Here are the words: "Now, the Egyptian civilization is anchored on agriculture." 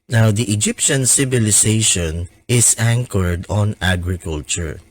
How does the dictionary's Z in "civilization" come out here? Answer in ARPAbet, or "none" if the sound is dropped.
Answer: S